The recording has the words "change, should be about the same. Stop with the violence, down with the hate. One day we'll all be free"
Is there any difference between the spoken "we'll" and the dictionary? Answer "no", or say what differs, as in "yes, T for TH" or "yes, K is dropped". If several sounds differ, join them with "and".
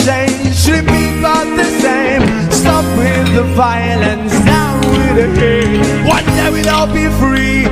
yes, N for L